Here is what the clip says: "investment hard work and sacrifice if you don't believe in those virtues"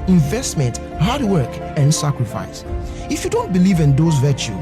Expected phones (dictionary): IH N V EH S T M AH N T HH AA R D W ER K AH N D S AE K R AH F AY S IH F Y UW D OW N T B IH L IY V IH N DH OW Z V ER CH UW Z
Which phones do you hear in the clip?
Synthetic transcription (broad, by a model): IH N V EH S T M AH N T HH AA D W ER K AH N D S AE K R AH F AY S IH F Y UW D OW N T B IH L IY V IH N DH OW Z V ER CH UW